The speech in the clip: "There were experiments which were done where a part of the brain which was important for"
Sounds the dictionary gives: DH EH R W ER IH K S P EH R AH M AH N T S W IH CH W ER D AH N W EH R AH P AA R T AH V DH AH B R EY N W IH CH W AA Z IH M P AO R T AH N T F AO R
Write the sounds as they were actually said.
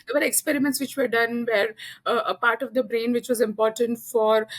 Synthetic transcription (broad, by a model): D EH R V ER IH K S P EH R AH M AH N T S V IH CH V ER D AH N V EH R AH P AA R T AH V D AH B R EY N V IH CH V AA Z IH M P AO R T AH N T F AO R